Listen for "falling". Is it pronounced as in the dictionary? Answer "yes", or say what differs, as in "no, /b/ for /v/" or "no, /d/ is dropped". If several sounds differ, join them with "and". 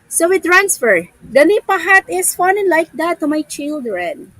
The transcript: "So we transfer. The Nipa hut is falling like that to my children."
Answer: no, /n/ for /l/